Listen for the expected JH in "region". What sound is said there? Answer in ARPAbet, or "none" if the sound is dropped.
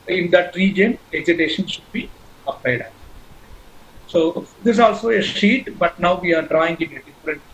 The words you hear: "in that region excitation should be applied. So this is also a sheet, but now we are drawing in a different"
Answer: JH